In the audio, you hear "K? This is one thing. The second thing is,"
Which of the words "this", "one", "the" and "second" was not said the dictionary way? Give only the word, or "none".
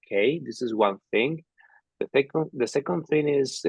none